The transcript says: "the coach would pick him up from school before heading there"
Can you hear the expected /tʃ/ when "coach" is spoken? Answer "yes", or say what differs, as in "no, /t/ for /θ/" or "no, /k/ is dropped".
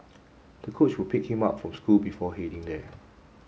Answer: yes